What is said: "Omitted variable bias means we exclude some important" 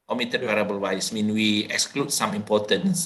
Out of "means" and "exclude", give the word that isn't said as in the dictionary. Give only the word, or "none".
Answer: means